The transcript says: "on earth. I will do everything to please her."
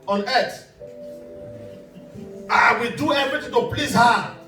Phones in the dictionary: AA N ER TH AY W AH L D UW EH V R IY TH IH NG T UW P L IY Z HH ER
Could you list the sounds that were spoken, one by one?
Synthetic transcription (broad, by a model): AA N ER T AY W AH D UW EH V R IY T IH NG T UW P L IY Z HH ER